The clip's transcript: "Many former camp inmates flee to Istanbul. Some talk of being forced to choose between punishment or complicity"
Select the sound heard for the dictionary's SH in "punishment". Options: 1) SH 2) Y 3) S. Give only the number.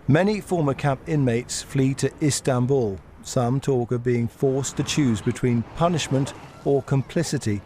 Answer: 1